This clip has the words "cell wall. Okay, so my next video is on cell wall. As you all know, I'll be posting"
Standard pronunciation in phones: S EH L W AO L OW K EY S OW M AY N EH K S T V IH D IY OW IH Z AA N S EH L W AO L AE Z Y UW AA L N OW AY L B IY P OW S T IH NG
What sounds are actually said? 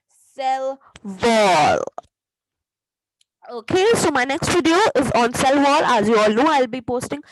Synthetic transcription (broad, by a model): S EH L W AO L OW K EY S OW M AY N EH K S T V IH D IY OW IH Z AA N S EH L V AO L AE Z Y UW AA L N OW AY L B IY P OW S T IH NG